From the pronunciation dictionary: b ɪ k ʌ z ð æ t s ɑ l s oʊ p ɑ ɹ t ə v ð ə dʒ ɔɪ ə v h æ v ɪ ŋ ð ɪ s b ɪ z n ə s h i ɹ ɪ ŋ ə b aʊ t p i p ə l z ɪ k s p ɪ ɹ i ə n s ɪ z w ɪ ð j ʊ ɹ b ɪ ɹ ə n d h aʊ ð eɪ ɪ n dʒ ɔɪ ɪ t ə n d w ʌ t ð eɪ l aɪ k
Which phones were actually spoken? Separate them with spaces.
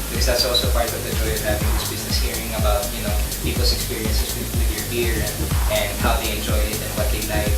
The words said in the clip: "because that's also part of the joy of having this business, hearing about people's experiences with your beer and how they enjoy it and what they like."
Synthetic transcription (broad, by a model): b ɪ k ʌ z ð æ t s ɑ l s oʊ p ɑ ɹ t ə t ð ə dʒ ɔɪ ə v h æ v ɪ ŋ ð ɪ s b ɪ z n ə s h i ɹ ɪ ŋ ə b aʊ t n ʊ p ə l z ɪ k s p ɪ ɹ i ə n s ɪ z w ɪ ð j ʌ ɹ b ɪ ɹ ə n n h aʊ ð eɪ ɪ n dʒ ɔɪ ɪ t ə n w ʌ t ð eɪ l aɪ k